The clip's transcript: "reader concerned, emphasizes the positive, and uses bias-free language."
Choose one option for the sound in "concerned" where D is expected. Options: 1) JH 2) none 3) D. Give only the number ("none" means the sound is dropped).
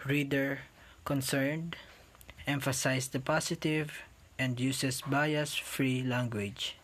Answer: 3